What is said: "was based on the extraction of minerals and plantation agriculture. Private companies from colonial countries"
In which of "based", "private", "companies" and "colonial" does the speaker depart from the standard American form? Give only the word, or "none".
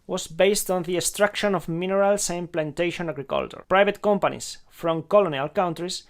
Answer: companies